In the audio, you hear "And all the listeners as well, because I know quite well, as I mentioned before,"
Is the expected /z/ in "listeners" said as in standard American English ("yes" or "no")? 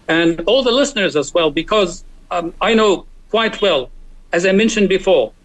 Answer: yes